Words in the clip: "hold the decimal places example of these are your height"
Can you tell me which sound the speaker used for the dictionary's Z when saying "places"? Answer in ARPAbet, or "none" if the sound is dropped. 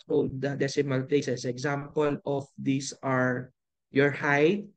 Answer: S